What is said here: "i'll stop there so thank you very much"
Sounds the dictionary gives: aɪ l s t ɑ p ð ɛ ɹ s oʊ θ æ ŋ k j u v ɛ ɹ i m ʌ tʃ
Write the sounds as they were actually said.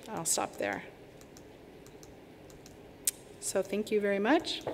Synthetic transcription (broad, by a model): aɪ l s t ɑ p ð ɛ ɹ s oʊ θ æ ŋ k j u v ɛ ɹ i m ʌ tʃ